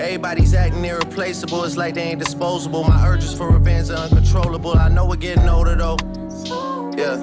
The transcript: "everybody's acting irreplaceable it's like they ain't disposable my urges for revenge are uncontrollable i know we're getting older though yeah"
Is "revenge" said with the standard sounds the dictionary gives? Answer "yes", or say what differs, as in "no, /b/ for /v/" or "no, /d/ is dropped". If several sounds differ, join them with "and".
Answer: no, /z/ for /dʒ/